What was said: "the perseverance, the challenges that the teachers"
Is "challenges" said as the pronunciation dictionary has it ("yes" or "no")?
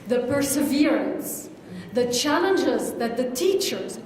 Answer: yes